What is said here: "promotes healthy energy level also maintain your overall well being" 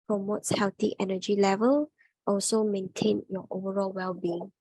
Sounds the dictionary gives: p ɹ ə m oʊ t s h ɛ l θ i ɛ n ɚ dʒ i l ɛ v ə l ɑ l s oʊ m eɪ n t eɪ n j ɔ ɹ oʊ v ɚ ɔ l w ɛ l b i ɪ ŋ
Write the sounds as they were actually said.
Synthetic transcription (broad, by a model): p ɹ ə m oʊ t s h ɛ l t i ɛ n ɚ dʒ i l ɛ v ə l ɑ l s oʊ m eɪ n t eɪ n j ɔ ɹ oʊ v ɚ ɔ l w ɛ l b i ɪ ŋ